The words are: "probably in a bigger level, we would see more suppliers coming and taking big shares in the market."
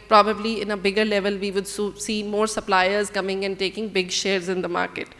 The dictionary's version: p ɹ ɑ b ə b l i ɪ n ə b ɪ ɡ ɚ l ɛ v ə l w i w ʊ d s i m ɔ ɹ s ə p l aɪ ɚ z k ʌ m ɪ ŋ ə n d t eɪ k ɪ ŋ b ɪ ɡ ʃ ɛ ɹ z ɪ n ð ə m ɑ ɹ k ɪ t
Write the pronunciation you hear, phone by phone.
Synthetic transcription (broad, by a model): p ɹ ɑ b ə b l i ɪ n ə b ɪ ɡ ɚ l ɛ v ə l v i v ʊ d s i m ɔ ɹ s ə p l aɪ ɚ z k ʌ m ɪ ŋ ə n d t eɪ k ɪ ŋ b ɪ ɡ ʃ ɛ ɹ z ɪ n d ə m ɑ ɹ k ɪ t